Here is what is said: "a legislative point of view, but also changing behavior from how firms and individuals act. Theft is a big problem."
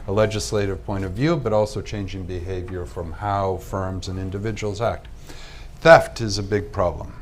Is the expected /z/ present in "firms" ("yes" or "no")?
yes